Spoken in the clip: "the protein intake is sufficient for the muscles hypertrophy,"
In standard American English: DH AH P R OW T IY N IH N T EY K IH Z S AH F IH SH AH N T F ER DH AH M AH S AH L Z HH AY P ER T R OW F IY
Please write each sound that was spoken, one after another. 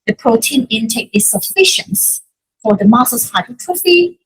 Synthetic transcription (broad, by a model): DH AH P R OW T IY N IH N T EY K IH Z S AH F IH SH AH N T F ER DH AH M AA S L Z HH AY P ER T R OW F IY